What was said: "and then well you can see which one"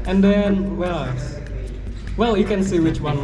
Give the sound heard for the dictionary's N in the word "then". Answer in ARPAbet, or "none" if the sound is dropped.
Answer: L